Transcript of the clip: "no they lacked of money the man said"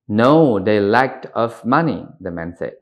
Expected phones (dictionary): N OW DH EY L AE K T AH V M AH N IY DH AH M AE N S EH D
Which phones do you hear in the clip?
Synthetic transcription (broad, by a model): N OW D EY L AE K T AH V M AH N IY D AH M AE N S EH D